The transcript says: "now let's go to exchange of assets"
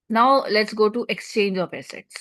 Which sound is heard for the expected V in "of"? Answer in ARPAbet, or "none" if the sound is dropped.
P